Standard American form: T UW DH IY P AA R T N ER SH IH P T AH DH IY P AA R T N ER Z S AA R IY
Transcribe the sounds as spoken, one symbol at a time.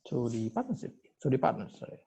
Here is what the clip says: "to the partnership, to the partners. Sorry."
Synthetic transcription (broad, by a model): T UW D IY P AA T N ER S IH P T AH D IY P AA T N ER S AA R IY